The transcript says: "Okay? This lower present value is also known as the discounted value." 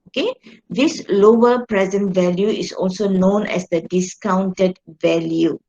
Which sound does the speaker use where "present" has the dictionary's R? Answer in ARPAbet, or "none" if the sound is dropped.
R